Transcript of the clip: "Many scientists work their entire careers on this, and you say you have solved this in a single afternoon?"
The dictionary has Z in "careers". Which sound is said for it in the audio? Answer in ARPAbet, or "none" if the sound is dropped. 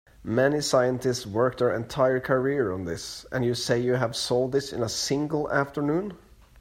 none